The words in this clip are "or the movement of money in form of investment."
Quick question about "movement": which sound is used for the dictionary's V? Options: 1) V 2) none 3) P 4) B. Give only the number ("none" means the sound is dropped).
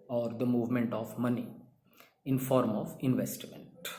1